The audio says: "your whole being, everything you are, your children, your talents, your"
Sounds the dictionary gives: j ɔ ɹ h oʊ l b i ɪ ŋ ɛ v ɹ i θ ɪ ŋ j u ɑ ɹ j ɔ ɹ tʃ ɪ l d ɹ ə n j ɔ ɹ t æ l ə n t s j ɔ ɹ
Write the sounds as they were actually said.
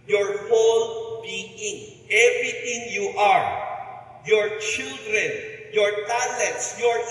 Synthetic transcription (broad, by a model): j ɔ ɹ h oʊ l b i ɪ ŋ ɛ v ɹ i t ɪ ŋ j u ɑ ɹ j ɔ ɹ tʃ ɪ l d ɹ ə n j ɔ ɹ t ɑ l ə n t s j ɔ ɹ